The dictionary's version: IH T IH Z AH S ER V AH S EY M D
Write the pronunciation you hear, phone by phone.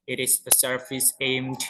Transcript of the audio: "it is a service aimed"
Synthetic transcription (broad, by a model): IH T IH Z AH S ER F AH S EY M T